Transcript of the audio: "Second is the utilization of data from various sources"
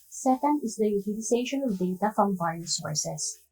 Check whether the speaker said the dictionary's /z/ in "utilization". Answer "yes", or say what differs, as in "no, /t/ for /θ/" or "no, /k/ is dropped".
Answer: no, /s/ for /z/